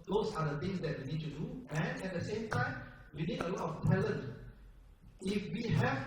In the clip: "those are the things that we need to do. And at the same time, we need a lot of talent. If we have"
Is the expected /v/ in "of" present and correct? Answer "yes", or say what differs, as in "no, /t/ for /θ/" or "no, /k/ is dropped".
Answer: no, /p/ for /v/